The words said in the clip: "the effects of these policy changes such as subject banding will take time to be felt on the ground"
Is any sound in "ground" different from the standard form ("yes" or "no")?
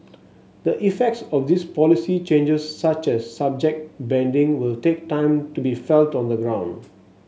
no